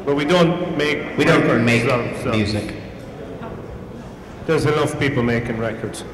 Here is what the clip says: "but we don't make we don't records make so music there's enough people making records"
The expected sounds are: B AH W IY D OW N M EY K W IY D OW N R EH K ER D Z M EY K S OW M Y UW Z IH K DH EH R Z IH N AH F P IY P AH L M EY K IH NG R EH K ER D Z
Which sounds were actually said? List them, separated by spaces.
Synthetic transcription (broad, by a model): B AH W IY D OW N M EY K W IY D OW N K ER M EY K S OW M Y UW Z IH K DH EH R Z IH L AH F P IY P AH L M EY K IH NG R EH K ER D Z